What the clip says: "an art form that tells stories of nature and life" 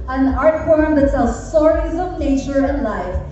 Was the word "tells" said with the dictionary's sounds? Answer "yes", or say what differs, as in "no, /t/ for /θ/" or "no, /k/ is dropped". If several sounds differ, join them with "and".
no, /s/ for /t/